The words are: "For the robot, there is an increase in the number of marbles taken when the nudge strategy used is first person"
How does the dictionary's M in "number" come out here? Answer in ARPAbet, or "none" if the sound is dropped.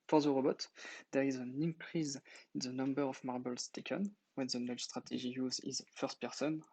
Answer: M